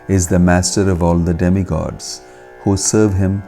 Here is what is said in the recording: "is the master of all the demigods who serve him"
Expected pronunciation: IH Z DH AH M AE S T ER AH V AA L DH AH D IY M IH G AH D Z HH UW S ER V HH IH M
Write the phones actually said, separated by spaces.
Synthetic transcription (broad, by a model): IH Z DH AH M AE S T ER AH V AA L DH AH D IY M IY G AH D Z HH UW S ER V HH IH M